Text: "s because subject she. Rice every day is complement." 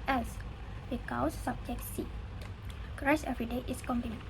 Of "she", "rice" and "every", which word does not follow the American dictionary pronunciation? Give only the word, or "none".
she